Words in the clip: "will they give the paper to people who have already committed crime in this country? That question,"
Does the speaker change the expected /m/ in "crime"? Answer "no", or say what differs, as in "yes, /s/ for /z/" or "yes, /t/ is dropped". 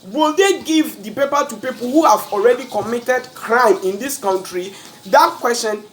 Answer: no